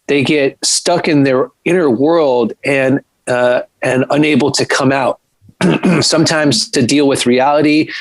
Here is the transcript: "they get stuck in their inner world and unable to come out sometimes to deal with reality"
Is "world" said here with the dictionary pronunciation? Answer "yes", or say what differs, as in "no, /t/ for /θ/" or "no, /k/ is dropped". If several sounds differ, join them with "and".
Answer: yes